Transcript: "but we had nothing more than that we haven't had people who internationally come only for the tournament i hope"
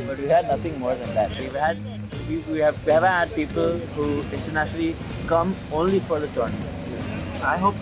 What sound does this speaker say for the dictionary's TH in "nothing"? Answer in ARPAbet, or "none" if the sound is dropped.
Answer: T